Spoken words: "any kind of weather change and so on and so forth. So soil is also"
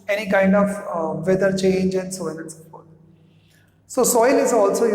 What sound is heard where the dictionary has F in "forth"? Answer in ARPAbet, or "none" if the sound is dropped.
P